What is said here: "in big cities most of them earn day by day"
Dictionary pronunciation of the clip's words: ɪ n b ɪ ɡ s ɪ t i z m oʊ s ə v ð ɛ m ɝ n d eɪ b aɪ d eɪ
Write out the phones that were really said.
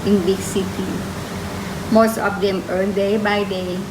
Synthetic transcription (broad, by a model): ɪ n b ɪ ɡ s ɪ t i m oʊ s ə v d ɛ m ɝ l d eɪ b aɪ d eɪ